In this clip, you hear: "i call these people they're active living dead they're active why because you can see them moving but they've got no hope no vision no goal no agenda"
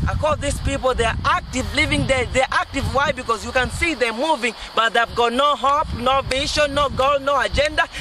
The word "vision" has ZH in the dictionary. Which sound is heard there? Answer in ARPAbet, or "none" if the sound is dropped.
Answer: SH